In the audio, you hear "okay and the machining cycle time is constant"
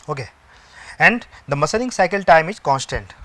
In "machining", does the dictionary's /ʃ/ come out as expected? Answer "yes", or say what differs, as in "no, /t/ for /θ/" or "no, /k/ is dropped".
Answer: no, /s/ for /ʃ/